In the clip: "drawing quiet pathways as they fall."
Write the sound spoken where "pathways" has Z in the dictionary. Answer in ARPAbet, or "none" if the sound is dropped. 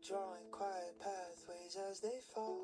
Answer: Z